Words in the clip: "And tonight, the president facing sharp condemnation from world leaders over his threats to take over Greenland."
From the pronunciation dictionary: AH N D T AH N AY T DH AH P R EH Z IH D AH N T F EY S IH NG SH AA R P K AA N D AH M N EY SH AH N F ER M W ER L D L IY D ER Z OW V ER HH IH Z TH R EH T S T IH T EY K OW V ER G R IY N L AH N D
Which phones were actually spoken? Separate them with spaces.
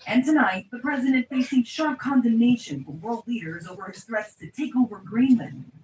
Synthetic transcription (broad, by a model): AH N T AH N AY T DH AH P R EH Z IH D AH N T F EY S IH NG SH AA R P K AA N D AH M N EY SH AH N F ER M W ER L D L IY D ER Z OW V ER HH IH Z TH R EH T S T IH T EY K OW V ER G R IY N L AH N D